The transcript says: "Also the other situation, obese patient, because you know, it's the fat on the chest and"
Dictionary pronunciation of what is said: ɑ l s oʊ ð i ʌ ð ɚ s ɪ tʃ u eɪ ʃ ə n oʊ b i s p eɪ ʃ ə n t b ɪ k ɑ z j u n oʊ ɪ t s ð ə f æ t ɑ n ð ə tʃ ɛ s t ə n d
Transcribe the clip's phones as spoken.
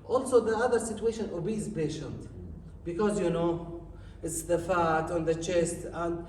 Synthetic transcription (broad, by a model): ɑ l s oʊ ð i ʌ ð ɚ s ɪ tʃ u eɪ ʃ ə n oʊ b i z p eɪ ʃ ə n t b ɪ k ɑ z j u n oʊ ɪ t s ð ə f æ t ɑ n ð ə tʃ ɛ s t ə n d